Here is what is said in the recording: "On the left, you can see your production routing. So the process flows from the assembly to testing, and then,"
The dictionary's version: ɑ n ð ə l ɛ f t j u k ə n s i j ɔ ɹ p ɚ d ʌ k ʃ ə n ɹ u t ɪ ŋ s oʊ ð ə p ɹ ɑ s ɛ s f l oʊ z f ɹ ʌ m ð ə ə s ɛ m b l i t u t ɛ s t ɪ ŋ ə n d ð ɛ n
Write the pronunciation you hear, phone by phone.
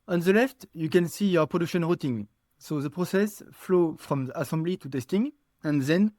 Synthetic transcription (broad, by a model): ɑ n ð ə l ɛ f t j u k ə n s i j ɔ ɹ p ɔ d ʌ k ʃ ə n ɹ u t ɪ ŋ s oʊ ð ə p ɹ ɑ s ɛ s f l oʊ f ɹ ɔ m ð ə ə s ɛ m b l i t u t ɛ s t ɪ ŋ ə n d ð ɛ n